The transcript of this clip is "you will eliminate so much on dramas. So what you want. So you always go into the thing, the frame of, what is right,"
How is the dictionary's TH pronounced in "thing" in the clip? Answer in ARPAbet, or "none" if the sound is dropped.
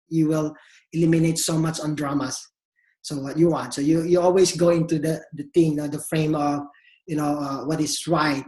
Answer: T